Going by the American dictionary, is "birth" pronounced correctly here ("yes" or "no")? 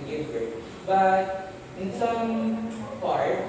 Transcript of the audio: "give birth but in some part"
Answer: no